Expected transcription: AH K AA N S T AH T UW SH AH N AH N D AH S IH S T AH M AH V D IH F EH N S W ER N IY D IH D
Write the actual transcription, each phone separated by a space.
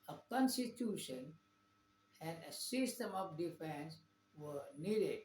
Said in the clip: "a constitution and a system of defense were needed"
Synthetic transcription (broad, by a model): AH K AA N S T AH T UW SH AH N AH N D AH S IH S T AH M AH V D IH F EH N S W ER N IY D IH D